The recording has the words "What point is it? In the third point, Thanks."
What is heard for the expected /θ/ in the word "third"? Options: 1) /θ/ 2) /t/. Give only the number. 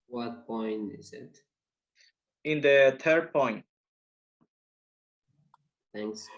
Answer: 2